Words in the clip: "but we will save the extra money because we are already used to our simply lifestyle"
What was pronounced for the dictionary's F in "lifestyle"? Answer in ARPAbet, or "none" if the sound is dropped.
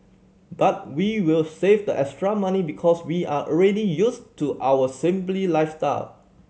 F